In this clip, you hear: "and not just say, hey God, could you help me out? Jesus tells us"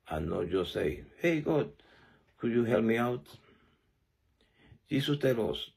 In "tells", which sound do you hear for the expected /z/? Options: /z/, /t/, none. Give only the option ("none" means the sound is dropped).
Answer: none